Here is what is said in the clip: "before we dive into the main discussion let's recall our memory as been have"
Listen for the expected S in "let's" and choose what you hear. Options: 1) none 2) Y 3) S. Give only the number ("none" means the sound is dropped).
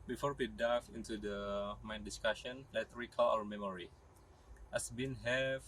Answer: 1